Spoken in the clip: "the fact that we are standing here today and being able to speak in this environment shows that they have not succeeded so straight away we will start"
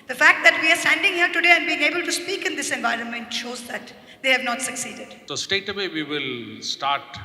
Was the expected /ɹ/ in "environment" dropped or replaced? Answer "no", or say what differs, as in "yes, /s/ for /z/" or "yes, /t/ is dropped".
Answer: no